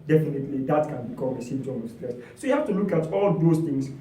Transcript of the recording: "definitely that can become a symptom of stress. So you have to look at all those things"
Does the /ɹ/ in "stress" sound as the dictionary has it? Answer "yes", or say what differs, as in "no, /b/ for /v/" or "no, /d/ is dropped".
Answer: no, /l/ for /ɹ/